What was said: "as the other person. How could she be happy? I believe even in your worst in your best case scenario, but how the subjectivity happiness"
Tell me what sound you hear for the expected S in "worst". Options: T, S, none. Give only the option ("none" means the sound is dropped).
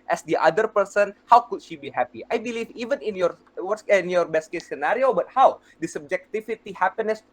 none